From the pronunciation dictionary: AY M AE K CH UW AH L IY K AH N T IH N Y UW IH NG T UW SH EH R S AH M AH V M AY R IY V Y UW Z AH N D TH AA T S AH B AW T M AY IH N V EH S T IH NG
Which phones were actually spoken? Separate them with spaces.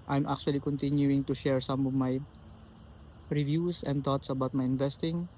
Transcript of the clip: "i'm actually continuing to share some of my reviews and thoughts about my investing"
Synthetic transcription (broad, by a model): AY M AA K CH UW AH L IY K AH N T IH N Y UW IH NG T UW SH EH R S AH M AH V M AY R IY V Y UW S AH N D T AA T S AH B AW T M AY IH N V EH S T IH NG